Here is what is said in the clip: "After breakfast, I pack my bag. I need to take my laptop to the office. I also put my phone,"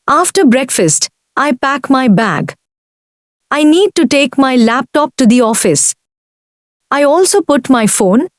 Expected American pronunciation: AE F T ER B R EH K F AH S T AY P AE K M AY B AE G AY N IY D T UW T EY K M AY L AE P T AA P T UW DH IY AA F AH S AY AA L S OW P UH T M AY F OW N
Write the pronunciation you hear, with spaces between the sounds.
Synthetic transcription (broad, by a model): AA F T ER B R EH K F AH S T AY P AE K M AY B AE G AY N IY D T UW T EY K M AY L AE P T AA P T UW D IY AA F AH S AY AA L S OW P UH T M AY F OW N